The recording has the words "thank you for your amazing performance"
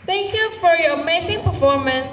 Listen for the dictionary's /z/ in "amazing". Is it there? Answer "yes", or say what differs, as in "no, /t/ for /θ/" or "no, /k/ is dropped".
no, /s/ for /z/